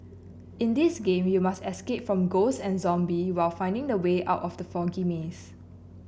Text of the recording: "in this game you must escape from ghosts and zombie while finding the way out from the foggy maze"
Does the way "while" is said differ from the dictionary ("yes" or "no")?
no